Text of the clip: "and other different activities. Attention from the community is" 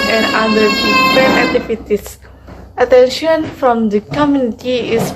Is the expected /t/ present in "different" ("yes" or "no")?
no